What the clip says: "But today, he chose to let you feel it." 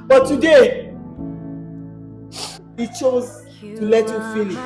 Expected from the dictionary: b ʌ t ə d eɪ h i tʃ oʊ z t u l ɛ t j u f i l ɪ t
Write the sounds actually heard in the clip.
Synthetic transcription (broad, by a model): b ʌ t ə d eɪ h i tʃ oʊ z t u l ɛ t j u f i n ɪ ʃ